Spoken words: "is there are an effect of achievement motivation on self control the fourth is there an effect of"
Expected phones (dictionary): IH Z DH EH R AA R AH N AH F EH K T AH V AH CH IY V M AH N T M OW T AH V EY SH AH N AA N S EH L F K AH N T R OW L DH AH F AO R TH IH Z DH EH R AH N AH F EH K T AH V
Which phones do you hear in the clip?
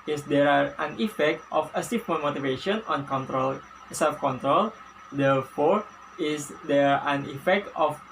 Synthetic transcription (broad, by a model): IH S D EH R AA R AH N AH F EH K T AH F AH S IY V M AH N M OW T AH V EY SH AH N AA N S EH L F K AH N T R OW L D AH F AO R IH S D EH R AH N AH F EH K T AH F